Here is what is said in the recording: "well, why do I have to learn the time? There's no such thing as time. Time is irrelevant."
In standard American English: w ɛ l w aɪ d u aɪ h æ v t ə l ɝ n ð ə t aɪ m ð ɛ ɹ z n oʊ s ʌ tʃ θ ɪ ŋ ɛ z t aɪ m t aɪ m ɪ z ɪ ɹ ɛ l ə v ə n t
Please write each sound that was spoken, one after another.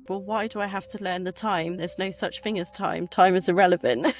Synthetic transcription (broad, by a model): w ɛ l w aɪ d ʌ aɪ h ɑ f t ə l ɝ n ð ə t aɪ m ð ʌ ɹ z n oʊ s ʌ tʃ θ ɪ ŋ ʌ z t aɪ m t aɪ m ɪ z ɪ ɹ ɛ l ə v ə n t